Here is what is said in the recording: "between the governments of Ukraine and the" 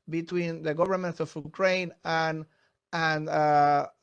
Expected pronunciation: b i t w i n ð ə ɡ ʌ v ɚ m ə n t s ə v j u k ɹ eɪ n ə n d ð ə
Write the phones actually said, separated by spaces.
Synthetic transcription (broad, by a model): b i t w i n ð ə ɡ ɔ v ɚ m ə n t ə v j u k ɹ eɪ n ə n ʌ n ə